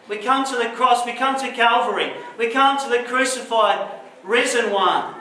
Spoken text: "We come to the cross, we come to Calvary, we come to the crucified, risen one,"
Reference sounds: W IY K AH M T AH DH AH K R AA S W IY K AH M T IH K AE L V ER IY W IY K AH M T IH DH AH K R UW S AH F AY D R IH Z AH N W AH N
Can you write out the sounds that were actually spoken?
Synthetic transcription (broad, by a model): W IY K AH M T AH DH AH K R AA S W IY K AH M T IH K AE L V ER IY W IY K AH M T IH DH AH K R UW S AH F AY D R IH Z AH N W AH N